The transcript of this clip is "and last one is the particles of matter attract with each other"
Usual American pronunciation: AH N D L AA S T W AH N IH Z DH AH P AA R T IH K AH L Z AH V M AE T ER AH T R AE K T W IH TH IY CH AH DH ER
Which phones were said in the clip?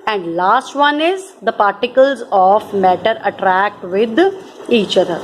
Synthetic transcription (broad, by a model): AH N D L AA S T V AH N IH Z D AH P AA R T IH K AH L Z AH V M AE T ER AH T R AE K T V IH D IY CH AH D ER